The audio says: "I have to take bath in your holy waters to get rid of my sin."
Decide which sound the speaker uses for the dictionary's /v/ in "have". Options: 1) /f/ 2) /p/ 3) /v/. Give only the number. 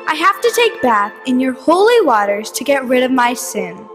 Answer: 1